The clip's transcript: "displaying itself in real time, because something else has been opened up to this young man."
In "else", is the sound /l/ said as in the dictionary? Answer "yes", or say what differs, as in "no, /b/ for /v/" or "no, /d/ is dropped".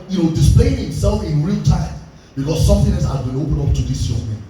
no, /l/ is dropped